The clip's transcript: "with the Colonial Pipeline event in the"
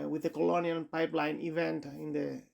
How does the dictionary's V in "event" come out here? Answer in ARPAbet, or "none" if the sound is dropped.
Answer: V